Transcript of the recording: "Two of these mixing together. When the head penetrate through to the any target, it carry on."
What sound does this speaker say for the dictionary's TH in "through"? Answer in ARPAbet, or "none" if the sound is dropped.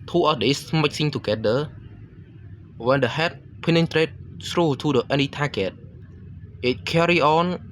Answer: S